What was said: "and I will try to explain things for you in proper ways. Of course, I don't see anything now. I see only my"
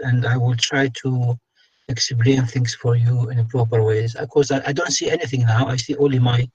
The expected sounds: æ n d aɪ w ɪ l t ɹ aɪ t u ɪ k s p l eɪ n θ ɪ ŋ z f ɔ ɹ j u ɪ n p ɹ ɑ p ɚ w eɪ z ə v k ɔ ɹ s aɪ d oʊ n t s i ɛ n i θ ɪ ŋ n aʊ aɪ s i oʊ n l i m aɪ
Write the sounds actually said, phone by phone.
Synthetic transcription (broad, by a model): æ n d aɪ w ɪ l t ɹ aɪ t u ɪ k s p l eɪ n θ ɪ ŋ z f ɔ ɹ j u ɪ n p ɹ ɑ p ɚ w eɪ z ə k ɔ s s aɪ d oʊ n t s i ɛ n i θ ɪ ŋ n aʊ aɪ s i oʊ n l i m aɪ